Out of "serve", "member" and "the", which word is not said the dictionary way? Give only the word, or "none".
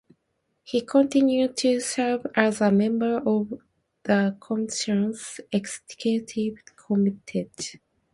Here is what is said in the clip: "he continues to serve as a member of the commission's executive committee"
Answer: none